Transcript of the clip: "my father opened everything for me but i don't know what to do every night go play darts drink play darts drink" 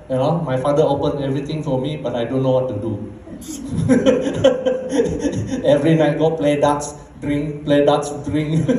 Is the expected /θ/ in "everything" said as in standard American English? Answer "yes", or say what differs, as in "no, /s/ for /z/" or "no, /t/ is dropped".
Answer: no, /t/ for /θ/